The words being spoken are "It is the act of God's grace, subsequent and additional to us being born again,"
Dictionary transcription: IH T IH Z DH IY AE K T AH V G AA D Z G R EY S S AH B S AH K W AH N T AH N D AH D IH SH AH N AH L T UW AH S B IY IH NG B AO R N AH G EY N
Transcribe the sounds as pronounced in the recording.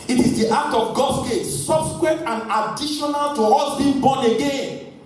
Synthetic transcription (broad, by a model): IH T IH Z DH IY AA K T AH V G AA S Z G EY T S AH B S K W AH T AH N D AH D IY SH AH N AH L T UW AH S B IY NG B AO N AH G EY N